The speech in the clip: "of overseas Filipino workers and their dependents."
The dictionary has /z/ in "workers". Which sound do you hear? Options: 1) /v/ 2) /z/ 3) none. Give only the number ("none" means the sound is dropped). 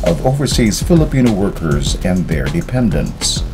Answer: 2